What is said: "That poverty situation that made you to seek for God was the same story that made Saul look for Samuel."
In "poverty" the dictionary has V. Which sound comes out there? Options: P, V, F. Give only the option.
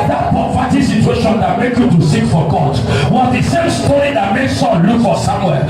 F